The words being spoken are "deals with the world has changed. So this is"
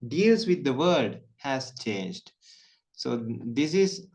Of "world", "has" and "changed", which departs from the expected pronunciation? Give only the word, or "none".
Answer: world